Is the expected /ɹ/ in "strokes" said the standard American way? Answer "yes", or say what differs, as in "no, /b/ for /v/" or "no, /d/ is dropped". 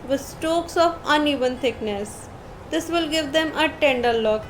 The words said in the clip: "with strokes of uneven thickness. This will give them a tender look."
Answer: no, /ɹ/ is dropped